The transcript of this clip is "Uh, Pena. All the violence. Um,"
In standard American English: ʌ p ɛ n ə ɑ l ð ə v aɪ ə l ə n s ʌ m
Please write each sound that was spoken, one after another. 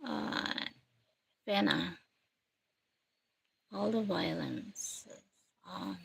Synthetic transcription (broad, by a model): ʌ f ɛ n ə ɑ l ð ə v aɪ ə l ə n s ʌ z